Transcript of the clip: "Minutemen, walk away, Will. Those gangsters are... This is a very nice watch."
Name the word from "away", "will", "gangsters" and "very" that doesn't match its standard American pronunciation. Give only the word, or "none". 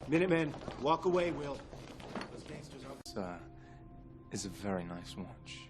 gangsters